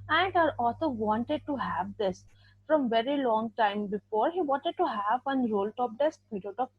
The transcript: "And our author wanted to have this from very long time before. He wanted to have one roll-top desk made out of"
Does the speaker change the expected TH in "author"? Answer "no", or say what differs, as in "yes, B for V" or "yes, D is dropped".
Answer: yes, S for TH